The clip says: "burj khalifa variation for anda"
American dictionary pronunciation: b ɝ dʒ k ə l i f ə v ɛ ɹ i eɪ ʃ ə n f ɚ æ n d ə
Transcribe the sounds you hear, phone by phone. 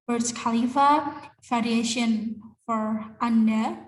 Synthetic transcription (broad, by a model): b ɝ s k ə l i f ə f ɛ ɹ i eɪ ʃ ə n f ɚ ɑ n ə